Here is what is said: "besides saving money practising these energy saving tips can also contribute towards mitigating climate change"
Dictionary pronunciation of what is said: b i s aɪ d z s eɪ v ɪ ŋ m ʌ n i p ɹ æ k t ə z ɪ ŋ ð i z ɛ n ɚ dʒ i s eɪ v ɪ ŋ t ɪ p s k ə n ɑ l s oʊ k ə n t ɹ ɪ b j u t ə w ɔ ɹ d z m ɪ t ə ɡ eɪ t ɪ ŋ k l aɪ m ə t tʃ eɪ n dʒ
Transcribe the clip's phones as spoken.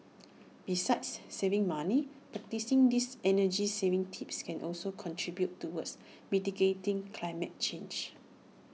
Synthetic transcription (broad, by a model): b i s aɪ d s eɪ v ɪ ŋ m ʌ n i p ɹ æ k t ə s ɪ ŋ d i s ɛ n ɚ dʒ i s eɪ v ɪ ŋ t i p s k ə n ɑ l s oʊ k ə n t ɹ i b j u t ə w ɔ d s m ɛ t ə ɡ eɪ t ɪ ŋ k l aɪ m ə t tʃ eɪ n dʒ